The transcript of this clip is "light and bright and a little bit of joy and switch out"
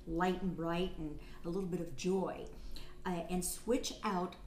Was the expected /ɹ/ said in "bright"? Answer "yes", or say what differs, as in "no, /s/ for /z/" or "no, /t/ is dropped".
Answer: yes